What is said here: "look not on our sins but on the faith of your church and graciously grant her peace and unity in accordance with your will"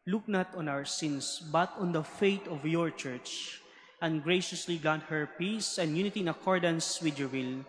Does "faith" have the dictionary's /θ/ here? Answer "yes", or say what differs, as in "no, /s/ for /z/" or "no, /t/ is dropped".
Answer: no, /t/ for /θ/